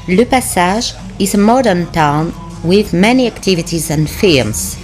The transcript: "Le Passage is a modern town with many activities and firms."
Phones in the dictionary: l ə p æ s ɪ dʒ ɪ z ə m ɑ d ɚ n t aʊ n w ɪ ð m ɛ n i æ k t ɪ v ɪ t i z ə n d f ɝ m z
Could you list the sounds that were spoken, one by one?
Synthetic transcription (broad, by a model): l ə p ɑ s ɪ ʒ ɪ z ə m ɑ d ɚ n t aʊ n w ɪ ð m ɛ n i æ k t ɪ v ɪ t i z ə n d f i m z